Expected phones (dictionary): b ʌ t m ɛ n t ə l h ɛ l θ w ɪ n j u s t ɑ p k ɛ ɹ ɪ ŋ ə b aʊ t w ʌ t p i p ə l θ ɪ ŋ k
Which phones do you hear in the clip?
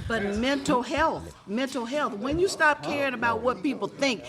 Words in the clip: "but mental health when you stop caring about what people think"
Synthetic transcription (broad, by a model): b ʌ t m ɛ n t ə l h ɛ l θ w ɪ n j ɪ s t ɑ p k ɛ ɹ ɪ ŋ ə b aʊ t w ʌ t p i p l θ ɪ ŋ k